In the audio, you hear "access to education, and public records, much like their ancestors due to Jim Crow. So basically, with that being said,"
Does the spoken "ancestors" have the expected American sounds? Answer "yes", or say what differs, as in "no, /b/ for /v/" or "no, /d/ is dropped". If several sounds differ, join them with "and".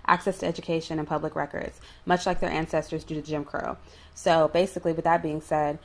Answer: yes